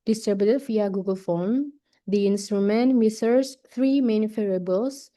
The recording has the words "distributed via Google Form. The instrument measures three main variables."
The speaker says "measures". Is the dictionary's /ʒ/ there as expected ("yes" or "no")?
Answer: no